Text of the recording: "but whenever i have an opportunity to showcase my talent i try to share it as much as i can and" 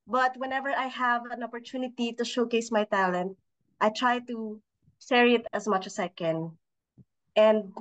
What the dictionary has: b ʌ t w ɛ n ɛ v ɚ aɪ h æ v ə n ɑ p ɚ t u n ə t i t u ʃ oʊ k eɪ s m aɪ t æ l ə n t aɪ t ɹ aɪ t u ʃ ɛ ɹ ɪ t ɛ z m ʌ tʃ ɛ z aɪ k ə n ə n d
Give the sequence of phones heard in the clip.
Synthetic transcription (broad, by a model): b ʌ t w ɛ n ɛ v ɚ aɪ h æ v ə n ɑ p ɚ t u n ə t i t u ʃ oʊ k eɪ s m aɪ t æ l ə n t aɪ t ɹ aɪ t u s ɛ ɹ ɪ t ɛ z m ʌ tʃ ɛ s aɪ k ə n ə n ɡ